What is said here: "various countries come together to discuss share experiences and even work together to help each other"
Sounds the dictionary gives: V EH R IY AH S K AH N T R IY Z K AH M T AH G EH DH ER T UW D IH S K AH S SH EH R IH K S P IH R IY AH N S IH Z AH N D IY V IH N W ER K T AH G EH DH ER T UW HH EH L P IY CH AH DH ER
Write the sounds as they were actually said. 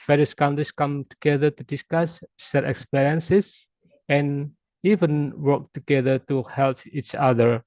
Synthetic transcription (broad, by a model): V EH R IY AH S K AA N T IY S K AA M T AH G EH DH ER T UW D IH S K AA S S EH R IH K S P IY R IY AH N S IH S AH N IY V IH N W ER K T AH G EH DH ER T UW HH EH L P IY CH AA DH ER